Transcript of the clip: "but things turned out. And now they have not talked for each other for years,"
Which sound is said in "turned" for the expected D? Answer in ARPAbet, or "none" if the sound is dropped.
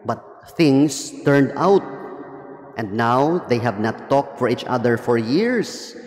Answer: D